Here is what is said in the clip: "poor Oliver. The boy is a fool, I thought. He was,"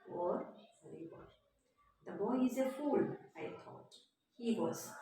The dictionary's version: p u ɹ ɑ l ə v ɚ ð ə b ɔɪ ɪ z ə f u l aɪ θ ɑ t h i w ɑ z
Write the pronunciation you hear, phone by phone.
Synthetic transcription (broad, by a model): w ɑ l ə b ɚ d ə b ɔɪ ɪ z ə f u l aɪ t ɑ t h i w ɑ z